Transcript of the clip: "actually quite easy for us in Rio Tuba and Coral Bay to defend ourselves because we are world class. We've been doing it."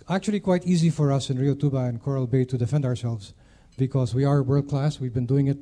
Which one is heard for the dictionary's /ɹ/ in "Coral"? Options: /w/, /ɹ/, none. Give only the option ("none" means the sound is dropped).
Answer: /ɹ/